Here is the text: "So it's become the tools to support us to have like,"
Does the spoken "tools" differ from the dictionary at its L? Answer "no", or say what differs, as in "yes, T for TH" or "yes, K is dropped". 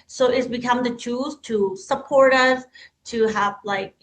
yes, L is dropped